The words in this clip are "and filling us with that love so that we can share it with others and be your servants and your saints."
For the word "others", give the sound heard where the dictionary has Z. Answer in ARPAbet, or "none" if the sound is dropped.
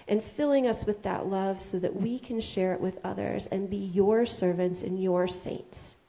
Z